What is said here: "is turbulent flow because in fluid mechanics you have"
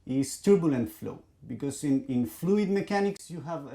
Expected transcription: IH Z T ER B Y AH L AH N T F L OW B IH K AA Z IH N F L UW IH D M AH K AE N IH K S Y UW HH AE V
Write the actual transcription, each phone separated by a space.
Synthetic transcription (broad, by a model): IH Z T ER B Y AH L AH N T F L OW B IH K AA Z IH N F L UW IH D M AH K AE N IH K S Y UW HH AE V